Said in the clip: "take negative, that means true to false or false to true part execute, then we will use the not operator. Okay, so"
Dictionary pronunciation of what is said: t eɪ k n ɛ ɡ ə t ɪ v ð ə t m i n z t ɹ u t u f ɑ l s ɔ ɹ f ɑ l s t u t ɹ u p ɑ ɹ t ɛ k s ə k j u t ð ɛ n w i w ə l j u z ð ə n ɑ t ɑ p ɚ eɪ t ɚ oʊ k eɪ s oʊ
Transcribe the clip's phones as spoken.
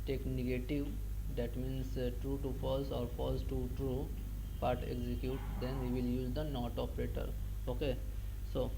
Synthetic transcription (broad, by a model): t eɪ k n ɛ ɡ ə t ɪ v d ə t m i n s t ɹ u t u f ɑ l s ɔ ɹ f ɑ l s t u t ɹ u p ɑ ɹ t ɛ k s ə k j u t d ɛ n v i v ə l j u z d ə n ɑ t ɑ p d eɪ t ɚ oʊ k eɪ s oʊ